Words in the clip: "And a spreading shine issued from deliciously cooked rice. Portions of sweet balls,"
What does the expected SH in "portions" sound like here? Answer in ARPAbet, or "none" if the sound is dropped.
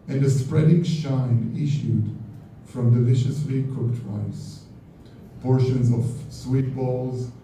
SH